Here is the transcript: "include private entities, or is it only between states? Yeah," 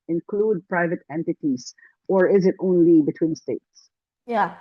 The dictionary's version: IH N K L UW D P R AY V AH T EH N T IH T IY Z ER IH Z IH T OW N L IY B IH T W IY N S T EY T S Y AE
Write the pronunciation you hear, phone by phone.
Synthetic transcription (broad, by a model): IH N K L UW D P R AY V AH T EH N T IH T IY Z ER IH Z IH T OW N L IY B IH T W IY N S T EY T S Y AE